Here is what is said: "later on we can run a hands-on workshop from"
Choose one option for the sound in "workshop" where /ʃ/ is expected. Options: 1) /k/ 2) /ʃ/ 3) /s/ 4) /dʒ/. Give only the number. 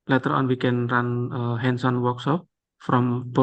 3